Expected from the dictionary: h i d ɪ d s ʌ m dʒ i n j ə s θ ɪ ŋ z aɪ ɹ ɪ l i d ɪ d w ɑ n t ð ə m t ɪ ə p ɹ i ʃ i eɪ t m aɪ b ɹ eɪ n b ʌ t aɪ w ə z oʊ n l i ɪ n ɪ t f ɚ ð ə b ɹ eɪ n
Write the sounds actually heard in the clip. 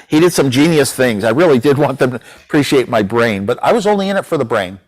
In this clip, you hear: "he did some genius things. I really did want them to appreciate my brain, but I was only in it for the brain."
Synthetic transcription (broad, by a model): h i d ɪ d s ʌ m dʒ i n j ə s θ ɪ ŋ z aɪ ɹ ɪ l i d ɪ d w ɑ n ð ə m t ɪ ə p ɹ i ʃ i eɪ t m aɪ b ɹ eɪ n b ʌ t aɪ w ə z oʊ n l i ɪ n ɪ t f ɚ ð ə b ɹ eɪ n